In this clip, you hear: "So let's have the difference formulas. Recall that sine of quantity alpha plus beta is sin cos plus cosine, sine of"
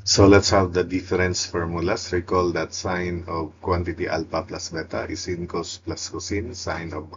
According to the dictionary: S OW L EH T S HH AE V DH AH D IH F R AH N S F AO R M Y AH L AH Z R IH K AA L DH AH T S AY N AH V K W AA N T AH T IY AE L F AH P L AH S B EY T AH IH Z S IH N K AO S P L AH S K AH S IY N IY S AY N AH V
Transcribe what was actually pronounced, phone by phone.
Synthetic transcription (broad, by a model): S OW L EH T S HH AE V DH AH D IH F R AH N S F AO R M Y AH L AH S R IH K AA L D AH T S AY N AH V K W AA N T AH T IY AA L P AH P L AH S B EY T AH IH S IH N K AO S P L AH S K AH S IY N S AY N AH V